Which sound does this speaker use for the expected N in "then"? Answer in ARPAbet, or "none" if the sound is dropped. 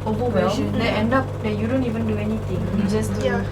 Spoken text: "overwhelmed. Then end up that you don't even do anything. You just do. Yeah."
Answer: none